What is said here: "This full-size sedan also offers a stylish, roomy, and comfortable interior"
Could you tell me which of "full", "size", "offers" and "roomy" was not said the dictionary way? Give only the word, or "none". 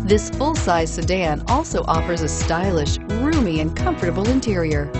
none